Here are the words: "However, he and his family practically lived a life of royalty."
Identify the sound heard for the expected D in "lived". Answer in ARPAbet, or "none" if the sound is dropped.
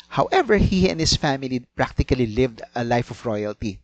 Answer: D